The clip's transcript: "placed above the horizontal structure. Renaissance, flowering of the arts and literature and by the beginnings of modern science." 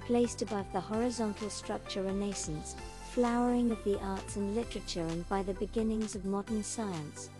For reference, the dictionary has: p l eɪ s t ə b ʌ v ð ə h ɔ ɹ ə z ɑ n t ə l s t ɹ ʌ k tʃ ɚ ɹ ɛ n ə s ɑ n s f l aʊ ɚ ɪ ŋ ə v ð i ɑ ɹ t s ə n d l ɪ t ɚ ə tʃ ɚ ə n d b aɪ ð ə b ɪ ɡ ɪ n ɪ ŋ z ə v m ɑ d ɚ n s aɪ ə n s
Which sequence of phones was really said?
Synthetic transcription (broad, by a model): p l eɪ s t ə b ʌ v ð ə h ɔ ɹ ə z ɑ n t l s t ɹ ʌ k tʃ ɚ ɹ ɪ n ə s n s f l aʊ ɚ ɪ ŋ ə v ð i ɑ ɹ t s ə n l ɪ t ɚ ə tʃ ɚ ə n b aɪ ð ə b ɪ ɡ ɪ n ɪ ŋ z ə v m ɑ d ɚ n s aɪ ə n s